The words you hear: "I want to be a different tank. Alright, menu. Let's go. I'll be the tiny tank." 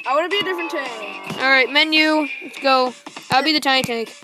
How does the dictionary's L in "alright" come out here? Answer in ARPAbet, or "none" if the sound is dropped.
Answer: L